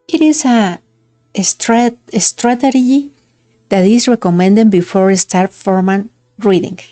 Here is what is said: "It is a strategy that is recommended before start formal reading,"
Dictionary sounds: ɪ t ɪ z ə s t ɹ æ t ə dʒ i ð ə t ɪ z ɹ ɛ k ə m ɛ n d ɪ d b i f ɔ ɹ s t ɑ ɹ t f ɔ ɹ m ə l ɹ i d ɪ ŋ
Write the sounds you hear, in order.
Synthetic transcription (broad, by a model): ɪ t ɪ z ə s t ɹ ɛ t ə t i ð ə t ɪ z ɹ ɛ k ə m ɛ n d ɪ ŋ b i f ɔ ɹ s t ɑ ɹ t f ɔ ɹ m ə n ɹ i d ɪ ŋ